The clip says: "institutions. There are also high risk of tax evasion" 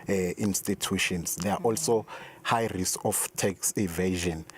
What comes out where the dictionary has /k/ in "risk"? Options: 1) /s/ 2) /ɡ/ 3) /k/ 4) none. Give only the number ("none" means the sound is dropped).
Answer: 4